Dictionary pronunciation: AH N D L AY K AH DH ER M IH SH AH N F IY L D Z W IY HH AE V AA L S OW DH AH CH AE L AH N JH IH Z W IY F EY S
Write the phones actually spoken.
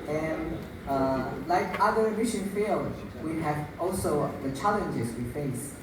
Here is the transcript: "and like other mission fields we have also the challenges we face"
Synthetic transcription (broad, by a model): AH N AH L AY K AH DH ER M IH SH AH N F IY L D W IY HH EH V AA L S OW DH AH CH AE L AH N JH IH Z W IY F EY S